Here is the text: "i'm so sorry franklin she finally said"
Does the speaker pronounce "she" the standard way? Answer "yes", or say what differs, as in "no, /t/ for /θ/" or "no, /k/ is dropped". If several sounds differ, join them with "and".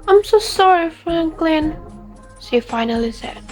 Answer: no, /s/ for /ʃ/